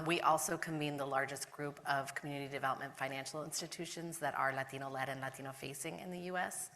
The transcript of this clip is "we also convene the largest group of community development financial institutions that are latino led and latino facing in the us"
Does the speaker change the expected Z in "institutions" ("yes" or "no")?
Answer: no